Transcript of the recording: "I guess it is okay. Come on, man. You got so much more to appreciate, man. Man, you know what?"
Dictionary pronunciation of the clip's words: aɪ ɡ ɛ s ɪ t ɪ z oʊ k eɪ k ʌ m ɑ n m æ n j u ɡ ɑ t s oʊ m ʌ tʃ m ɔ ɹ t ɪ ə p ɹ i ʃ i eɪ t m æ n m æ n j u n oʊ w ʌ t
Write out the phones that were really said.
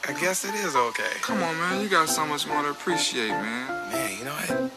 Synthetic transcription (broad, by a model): aɪ ɡ ɛ s ɪ t ɪ z oʊ k eɪ k ʌ m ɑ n m æ n j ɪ ɡ ɑ t s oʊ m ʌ s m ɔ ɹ t ɪ ə p ɹ i ʃ i eɪ t m æ n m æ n j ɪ n oʊ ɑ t